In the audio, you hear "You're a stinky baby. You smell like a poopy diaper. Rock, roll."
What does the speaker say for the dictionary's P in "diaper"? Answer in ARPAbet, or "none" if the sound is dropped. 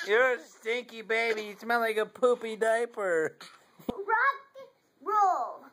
P